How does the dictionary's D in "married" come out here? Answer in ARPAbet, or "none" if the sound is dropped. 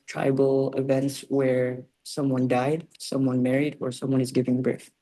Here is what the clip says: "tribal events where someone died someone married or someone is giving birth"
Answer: D